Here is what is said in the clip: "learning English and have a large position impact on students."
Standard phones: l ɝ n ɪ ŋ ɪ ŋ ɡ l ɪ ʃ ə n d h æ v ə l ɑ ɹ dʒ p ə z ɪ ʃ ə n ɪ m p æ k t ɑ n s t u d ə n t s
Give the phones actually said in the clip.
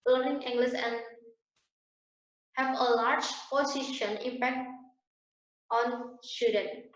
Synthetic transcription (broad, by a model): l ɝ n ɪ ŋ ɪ ŋ ɡ l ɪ s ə n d h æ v ə l ɑ ɹ dʒ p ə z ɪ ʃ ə n ɪ m p æ k t ɑ n s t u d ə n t